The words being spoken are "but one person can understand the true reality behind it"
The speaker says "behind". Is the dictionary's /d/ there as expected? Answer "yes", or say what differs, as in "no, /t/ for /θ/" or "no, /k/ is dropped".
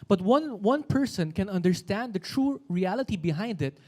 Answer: yes